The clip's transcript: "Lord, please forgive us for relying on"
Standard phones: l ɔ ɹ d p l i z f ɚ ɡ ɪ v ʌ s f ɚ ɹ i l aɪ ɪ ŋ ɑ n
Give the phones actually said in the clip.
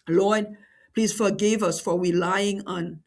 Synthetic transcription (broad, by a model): l ɔ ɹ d p l i s f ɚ ɡ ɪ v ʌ s f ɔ w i l aɪ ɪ ŋ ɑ n